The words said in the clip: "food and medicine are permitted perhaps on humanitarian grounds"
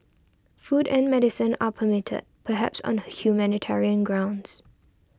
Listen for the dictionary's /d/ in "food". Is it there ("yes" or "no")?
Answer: yes